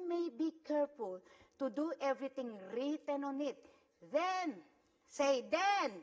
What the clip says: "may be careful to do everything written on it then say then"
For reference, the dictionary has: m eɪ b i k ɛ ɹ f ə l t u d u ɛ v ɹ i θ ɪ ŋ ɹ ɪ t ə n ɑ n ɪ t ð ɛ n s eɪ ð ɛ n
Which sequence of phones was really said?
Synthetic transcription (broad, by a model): m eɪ b i k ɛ ɹ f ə l t u d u ɛ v ɹ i t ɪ ŋ ɹ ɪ t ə n ɑ n ɪ t ð ɛ n s eɪ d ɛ n